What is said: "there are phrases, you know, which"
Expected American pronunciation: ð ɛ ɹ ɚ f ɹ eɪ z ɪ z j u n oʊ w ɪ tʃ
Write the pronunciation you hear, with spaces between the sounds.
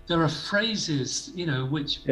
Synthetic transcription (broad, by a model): ð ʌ ɹ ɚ f ɹ eɪ z ɪ z j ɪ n oʊ w ɪ tʃ